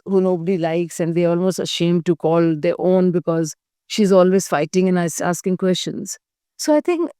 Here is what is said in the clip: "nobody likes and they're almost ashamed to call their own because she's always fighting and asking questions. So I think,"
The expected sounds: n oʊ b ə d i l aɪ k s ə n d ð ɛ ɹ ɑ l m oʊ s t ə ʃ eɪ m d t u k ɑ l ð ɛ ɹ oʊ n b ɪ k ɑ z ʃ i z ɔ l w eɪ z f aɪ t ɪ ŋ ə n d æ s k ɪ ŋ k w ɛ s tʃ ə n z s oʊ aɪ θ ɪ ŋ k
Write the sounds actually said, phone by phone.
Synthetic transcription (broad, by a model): n oʊ b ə d i l aɪ k s ə n d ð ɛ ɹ ɑ l m oʊ s t ə ʃ eɪ m d t u k ɑ l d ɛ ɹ oʊ n b ɪ k ɑ z ʃ i z ɔ l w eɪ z f aɪ t ɪ ŋ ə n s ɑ s k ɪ ŋ k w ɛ s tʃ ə n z s oʊ aɪ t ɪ ŋ k